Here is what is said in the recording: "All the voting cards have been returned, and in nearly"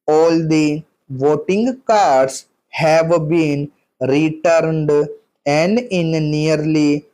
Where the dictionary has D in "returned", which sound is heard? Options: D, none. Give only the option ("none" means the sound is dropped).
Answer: D